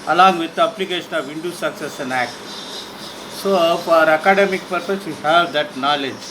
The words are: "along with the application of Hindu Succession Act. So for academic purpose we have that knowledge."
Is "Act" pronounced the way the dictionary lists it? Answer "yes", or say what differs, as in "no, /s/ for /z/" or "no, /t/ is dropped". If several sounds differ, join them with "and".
yes